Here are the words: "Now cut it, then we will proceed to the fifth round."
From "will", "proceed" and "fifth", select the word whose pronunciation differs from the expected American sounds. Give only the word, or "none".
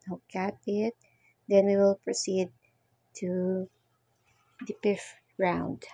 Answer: fifth